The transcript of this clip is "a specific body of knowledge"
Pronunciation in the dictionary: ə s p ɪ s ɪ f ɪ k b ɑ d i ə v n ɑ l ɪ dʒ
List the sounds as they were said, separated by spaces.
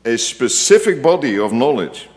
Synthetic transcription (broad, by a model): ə s p ɪ s ɪ f ɪ k b ɑ d i ə v n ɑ l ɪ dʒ